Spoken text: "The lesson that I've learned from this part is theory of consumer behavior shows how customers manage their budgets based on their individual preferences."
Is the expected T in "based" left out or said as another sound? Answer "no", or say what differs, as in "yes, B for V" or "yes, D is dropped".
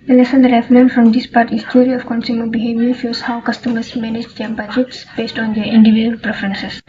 no